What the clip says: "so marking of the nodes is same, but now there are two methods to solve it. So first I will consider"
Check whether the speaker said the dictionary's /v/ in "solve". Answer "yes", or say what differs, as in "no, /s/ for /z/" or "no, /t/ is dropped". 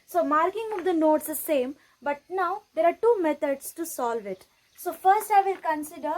yes